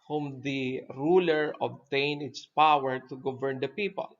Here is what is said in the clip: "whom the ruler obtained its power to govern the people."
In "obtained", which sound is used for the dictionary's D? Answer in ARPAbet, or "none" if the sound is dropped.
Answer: none